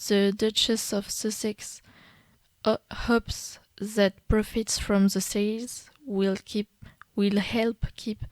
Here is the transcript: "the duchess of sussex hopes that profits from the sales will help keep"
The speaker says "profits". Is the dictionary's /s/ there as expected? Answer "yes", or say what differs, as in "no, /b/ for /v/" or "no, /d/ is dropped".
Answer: yes